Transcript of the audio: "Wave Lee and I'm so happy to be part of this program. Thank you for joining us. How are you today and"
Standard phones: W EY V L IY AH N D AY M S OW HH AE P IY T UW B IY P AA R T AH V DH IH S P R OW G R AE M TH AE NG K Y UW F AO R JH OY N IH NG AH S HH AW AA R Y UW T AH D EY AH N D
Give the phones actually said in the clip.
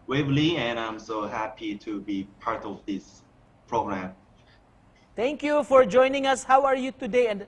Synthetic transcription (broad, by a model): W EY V L IY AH N AY M S OW HH AE P IY T UW B IY P AA R T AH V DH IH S P R OW G R AE M T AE NG K Y UW F AO R JH OY N IH NG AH S HH AW AA R Y UW T AH D EY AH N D